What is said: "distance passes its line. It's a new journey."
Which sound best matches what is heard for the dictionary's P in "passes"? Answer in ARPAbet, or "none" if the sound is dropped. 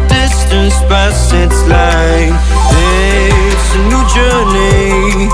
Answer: B